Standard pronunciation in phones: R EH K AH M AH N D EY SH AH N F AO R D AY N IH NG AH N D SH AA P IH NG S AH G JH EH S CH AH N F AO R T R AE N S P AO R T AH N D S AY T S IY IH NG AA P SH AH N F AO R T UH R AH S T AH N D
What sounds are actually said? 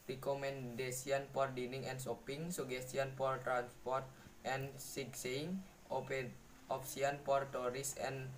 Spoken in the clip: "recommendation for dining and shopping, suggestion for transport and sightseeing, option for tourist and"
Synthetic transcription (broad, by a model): R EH K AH M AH N D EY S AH N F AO R D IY N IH NG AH N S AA P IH NG S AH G EH S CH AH N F AO R T R AE N S P AO R T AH N S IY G S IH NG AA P S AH N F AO R T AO R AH S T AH N